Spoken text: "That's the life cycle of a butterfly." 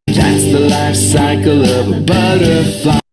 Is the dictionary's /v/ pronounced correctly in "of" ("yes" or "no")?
yes